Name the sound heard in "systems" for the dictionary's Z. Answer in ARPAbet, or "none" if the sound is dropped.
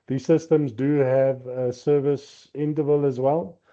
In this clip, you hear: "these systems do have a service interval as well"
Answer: Z